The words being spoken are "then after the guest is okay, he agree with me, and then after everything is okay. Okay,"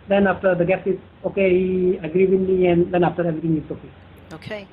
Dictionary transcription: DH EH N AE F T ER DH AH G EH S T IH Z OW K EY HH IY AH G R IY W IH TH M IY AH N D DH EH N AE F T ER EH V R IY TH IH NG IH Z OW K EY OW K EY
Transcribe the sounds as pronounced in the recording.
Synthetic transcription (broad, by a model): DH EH N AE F T ER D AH G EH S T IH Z OW K EY HH IY AH G R IY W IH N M IY AH N D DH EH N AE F T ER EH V R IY T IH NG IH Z OW K EY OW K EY